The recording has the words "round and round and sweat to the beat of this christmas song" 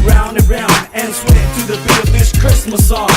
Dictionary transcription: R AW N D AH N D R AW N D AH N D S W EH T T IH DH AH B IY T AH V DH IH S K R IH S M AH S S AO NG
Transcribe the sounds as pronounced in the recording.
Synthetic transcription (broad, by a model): R AW N D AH R AW N D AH N S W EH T T IH DH AH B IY AH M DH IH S K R IH S M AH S S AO